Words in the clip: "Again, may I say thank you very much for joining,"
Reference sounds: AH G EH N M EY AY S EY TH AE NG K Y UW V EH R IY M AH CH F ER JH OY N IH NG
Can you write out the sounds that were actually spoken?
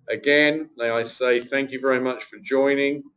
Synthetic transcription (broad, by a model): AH G EH N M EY AY S EY TH AE NG K Y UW V EH R IY M AH CH F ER JH OY N IH NG